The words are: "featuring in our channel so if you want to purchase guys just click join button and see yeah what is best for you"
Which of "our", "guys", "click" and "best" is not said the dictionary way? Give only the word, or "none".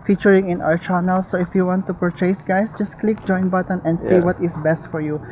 guys